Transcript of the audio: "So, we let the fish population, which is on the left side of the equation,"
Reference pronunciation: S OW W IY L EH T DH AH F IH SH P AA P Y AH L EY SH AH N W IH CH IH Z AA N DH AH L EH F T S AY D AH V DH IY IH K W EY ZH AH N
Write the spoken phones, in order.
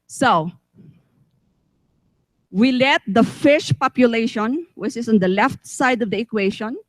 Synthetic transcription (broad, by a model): S OW W IY L EH T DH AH F IH SH P AA P Y AH L EY SH AH N W IH CH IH S AA N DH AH L EH F T S AY D AH V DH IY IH K W EY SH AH N